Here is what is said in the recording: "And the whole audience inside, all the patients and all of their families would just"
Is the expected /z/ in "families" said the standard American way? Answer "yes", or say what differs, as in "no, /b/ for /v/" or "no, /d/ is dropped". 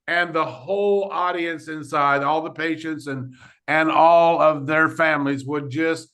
yes